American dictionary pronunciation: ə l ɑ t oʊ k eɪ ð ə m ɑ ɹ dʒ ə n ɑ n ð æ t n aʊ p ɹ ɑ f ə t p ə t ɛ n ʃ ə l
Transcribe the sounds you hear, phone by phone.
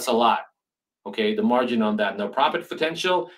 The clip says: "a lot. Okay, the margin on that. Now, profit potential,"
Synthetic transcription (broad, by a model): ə l ɑ t oʊ k eɪ ð ə m ɑ ɹ dʒ ə n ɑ n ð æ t n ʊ p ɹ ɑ p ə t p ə t ɛ n ʃ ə l